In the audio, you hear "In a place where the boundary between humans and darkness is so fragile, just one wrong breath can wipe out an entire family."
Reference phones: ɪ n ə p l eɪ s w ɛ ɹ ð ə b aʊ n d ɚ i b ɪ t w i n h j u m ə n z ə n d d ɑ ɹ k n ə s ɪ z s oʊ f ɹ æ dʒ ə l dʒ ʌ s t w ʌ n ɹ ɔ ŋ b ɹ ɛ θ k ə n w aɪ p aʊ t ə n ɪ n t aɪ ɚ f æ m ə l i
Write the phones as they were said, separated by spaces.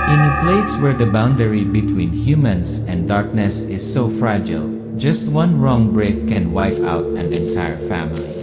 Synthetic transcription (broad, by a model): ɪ n ə p l eɪ s w ɛ ɹ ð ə b aʊ n d ɚ i b ɪ t w i n h j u m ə n s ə n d d ɑ ɹ k n ə s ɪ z s oʊ f ɹ æ dʒ ə l dʒ ʌ s t w ʌ n ɹ ɔ ŋ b ɹ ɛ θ k ə n w aɪ p aʊ t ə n ɪ n t aɪ ɚ f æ m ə l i